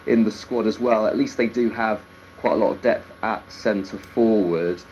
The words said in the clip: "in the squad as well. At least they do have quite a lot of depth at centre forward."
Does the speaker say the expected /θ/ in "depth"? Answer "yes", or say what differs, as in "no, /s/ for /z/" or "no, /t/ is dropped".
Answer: yes